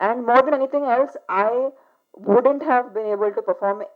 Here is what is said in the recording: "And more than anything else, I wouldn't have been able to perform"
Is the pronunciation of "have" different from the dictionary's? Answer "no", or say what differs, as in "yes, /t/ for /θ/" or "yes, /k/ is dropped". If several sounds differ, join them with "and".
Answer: no